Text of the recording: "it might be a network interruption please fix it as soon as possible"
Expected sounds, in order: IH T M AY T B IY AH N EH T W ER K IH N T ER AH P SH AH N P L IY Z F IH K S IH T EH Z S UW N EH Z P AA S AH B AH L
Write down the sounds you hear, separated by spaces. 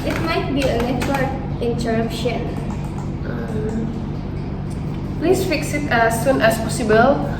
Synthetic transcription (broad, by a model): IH T M AY T B IY AH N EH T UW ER IH N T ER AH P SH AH N P L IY S F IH K S IH T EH S UW N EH S P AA S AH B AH L